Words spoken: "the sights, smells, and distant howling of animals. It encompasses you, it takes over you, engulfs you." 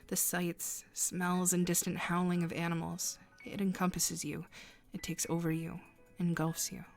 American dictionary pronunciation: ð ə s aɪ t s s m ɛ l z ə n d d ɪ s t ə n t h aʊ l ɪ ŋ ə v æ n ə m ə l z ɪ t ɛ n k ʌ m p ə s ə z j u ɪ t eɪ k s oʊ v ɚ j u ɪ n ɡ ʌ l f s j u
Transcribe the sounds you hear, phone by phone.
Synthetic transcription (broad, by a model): ð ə s aɪ t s s m ɛ l z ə n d d ɪ s t ə n t h aʊ l ɪ ŋ ə v æ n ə m l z ɪ t ɛ n k ʌ m p ə s ə z j u ɪ t eɪ k s oʊ v ɚ j u ɪ n ɡ ʌ l f s j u